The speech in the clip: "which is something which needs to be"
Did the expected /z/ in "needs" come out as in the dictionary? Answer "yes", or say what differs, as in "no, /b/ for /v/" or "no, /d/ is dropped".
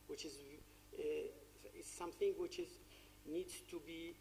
no, /z/ is dropped